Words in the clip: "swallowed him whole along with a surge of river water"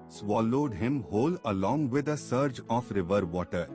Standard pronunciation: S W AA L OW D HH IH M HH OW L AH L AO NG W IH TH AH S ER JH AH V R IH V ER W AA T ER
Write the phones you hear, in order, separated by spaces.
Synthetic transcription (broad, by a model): S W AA L OW D HH IH M HH OW L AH L AO NG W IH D AH S ER JH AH F R IH V ER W AA T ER